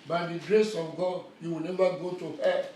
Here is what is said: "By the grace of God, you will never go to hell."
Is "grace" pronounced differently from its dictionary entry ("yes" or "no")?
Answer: no